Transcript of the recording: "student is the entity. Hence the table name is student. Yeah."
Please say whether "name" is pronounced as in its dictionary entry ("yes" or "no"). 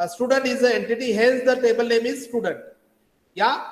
yes